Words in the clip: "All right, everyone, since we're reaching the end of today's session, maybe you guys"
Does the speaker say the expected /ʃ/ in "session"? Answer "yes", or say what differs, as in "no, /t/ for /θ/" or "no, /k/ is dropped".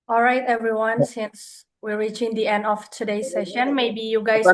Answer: yes